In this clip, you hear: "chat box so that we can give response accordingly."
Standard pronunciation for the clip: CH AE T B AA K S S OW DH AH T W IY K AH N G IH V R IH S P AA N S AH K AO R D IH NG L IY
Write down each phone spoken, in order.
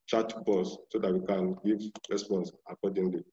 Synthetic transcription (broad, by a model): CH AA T B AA S S OW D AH T W IY K AH N G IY V R IH S P AA N S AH K AO D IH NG L IY